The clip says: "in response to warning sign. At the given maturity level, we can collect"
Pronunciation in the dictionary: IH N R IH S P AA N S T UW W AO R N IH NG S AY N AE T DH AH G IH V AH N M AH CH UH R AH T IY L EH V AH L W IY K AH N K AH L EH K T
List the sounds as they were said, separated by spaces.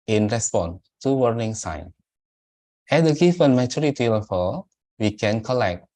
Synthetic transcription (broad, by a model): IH N R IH S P AA N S T UW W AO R N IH NG S AY N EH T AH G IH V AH N M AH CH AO R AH T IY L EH F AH W IY K AH N K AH L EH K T